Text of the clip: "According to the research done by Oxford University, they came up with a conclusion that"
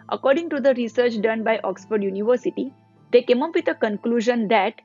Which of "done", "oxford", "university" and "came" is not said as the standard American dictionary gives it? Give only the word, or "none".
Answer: none